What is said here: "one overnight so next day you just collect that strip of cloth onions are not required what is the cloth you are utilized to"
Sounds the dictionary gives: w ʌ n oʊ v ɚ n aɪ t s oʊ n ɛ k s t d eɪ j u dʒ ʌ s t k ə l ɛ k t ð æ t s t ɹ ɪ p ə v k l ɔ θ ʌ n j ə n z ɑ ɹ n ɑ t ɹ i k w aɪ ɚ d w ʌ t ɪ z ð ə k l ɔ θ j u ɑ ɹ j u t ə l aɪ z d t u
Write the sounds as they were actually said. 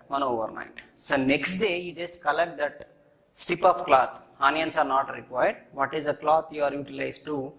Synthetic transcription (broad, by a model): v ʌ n oʊ v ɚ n aɪ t s oʊ n ɛ k s t d eɪ j u dʒ ʌ s t k ə l ɛ k t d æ t s t ɪ p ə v k l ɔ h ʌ n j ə n s ɑ ɹ n ɑ t ɹ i k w aɪ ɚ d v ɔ t ɪ z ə k l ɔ t j u ɑ ɹ j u t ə l aɪ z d t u